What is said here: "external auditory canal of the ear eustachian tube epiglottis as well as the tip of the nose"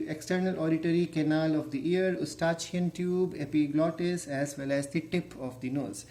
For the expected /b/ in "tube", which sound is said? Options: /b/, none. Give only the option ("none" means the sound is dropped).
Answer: /b/